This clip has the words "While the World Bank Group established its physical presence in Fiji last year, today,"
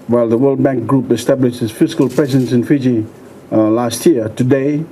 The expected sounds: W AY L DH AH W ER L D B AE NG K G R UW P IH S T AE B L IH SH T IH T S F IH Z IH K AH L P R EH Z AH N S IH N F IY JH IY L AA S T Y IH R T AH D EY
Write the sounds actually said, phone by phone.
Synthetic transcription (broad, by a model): W AY L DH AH W ER L D B AE NG K G R UW P IH S T AE B L IH SH T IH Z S F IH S K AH L P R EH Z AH N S IH N F IY JH IY L AA S T Y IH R T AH D EY